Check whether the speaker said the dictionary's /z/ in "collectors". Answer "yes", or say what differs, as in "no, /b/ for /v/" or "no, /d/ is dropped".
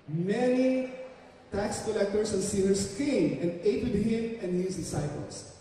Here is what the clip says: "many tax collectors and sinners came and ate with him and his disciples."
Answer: no, /s/ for /z/